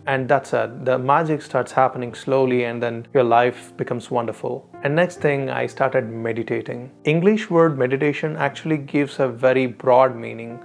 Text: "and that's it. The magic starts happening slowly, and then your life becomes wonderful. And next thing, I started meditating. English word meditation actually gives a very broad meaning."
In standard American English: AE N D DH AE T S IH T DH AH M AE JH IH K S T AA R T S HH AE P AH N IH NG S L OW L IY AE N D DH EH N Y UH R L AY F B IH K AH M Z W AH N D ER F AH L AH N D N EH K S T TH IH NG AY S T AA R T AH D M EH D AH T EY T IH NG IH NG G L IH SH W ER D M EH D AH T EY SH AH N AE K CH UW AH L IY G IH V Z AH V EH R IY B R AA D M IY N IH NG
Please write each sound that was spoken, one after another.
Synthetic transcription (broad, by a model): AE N D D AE T S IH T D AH M AE JH IH K S T AA R T S HH AE P AH N IH NG S L OW L IY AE N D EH N Y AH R L AY F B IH K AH M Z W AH N D ER F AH L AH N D N EH K S T T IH NG AY S T AA R T AH D M EH D AH T EY T IH NG IH NG G L IH SH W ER D M EH D AH T EY SH AH N AE K CH UW AH L IY G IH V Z AH V EH R IY B R AA D M IY N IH NG